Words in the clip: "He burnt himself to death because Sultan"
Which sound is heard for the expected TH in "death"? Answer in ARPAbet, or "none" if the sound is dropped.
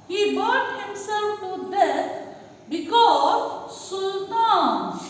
S